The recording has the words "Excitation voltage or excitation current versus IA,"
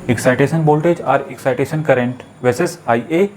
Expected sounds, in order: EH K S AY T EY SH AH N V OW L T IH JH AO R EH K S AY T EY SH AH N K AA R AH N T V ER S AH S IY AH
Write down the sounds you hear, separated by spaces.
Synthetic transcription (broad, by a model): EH K S AY T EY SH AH N B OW L T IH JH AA R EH K S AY T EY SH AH N K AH R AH N T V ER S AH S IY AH